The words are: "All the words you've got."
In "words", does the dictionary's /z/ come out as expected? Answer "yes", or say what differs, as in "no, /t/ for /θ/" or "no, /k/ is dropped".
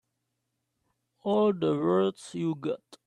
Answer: no, /s/ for /z/